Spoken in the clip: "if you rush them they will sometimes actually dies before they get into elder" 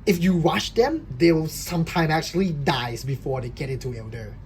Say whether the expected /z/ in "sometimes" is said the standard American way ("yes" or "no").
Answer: no